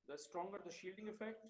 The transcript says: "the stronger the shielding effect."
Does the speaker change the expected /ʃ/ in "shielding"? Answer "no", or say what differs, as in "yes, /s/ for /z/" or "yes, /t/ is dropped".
no